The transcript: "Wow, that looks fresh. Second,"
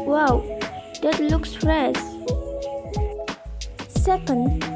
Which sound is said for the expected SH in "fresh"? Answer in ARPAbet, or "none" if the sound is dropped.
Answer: S